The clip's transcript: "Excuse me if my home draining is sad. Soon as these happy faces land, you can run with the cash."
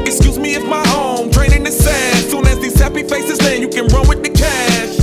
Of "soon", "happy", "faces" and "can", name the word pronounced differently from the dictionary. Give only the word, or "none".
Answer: none